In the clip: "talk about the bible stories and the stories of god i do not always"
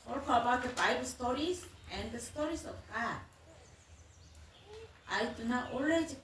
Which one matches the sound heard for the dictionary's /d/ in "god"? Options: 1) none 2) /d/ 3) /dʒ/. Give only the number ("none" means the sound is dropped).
1